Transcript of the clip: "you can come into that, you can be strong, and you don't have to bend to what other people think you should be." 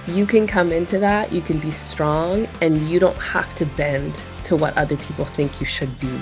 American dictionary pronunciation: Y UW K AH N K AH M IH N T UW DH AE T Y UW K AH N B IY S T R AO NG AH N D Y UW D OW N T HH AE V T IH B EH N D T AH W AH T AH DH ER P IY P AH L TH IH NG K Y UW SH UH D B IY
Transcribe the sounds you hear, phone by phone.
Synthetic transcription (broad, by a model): Y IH K AH N K AH M IH N T UW DH AE T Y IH K AH N B IY S T R AO NG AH N Y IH D OW N T HH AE F T IH B EH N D T AH W AH T AH DH ER P IY P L TH IH NG K Y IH SH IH D B IY